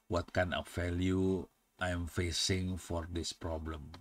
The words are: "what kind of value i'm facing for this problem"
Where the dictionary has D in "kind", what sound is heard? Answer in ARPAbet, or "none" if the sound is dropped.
none